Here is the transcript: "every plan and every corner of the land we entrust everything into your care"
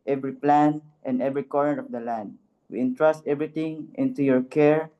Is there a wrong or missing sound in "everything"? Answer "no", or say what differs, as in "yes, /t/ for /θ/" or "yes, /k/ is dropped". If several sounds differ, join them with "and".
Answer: yes, /t/ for /θ/